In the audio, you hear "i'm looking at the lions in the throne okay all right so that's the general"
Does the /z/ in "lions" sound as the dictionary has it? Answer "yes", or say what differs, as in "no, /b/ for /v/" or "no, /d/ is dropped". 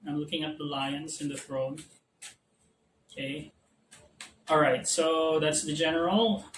no, /s/ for /z/